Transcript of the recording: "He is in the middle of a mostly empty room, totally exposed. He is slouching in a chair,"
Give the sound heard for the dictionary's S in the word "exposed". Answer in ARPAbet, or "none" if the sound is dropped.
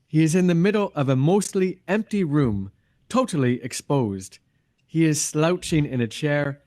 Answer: S